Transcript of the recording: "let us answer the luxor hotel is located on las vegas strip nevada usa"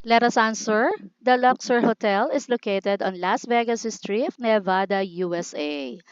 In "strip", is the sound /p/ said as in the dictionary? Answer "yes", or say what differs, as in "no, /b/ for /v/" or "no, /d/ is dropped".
no, /f/ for /p/